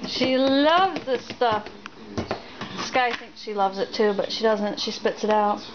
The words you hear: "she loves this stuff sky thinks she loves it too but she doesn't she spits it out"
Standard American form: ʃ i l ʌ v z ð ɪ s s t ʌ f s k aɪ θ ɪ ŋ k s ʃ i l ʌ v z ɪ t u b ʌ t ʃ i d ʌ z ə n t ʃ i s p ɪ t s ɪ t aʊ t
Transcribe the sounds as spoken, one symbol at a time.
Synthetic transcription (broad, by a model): ʃ i l ʌ v z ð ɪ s s t ʌ f s k aɪ θ ɪ ŋ k s ʃ i l ʌ v z ɪ t u b ʌ t ʃ i d ʌ z ə n t ʃ i s p ɪ t s ɪ t aʊ t